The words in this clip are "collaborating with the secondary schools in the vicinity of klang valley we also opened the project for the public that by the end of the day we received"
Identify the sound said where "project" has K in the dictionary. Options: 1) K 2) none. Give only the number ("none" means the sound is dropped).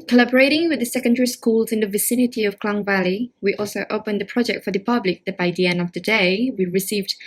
1